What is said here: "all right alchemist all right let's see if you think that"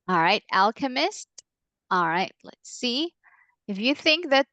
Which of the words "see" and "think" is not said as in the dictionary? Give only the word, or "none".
none